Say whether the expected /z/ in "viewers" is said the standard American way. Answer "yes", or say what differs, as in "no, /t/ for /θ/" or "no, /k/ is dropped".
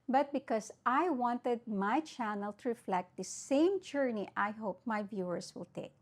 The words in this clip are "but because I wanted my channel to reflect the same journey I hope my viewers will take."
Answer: no, /s/ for /z/